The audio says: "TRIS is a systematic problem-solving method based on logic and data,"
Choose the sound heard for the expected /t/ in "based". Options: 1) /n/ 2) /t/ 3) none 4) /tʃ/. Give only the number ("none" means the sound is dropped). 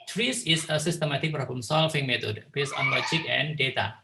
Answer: 3